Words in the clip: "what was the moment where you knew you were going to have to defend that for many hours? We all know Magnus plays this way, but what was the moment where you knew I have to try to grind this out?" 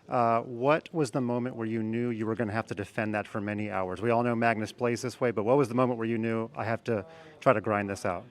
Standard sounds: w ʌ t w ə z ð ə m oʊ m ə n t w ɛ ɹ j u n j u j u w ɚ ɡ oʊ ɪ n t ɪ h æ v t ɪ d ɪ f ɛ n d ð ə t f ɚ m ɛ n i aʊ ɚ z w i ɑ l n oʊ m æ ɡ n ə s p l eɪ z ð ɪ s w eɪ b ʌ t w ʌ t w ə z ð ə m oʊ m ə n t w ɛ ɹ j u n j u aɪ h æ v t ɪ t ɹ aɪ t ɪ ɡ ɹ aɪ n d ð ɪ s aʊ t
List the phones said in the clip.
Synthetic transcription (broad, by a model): w ʌ t w ə z ð ə m oʊ m ə n t w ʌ ɹ j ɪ n j u j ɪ w ɚ ɡ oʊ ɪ n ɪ h æ f t ɪ d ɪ f ɛ n ð ə t f ɚ m ɛ n i aʊ ɚ z w i ɑ l n oʊ m æ ɡ n ə s p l eɪ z ð ɪ s w eɪ b ʌ t w ʌ t w ə z ð ə m oʊ m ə n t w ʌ ɹ j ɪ n j u aɪ h æ f t ɪ t ɹ aɪ t ɪ ɡ ɹ aɪ n ð ɪ s aʊ t